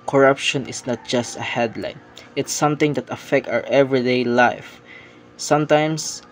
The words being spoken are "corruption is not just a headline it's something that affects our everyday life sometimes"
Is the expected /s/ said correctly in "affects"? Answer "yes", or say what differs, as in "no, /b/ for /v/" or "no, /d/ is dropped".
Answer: no, /s/ is dropped